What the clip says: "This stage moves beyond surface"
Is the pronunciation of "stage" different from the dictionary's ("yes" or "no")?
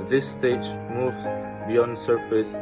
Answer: no